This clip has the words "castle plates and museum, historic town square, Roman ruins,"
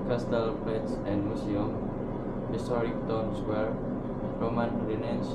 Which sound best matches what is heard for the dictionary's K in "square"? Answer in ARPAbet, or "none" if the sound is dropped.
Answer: none